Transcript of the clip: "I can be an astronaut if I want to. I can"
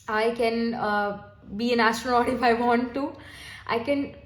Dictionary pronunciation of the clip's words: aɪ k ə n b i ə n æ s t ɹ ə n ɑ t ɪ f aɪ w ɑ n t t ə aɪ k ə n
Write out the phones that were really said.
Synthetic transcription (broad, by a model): aɪ k ə n b i ə n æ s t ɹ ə ɑ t ɪ f aɪ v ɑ n t t ə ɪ k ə n